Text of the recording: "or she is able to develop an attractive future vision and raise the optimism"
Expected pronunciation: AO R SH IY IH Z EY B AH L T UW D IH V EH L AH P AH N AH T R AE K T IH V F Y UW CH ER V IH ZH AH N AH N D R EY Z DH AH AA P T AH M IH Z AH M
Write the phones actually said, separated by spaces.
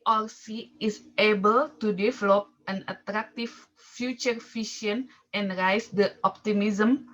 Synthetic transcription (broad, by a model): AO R S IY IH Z EY B AH L T UW D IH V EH L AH P AH N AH T R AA K T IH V F Y UW CH ER F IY SH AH N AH N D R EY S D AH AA P T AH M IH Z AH M